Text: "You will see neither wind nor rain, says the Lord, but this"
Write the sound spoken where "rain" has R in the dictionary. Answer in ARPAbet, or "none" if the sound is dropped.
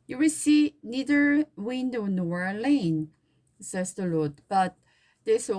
L